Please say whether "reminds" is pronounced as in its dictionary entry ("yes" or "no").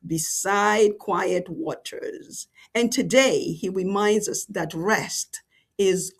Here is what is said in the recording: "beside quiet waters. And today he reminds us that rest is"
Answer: yes